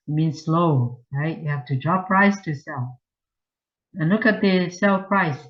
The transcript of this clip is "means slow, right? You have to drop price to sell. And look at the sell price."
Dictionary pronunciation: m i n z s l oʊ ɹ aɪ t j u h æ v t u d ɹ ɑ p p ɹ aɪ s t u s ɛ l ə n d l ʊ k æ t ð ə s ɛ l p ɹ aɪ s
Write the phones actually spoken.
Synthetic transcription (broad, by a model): m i n s l oʊ ɹ aɪ t j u h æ f t u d ɹ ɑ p p ɹ aɪ s t u s ɛ l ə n l ʊ k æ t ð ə s ɛ l p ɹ aɪ s